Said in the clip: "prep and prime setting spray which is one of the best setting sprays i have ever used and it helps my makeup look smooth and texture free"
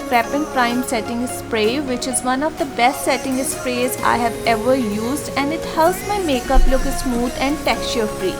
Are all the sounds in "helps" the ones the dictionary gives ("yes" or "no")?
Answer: no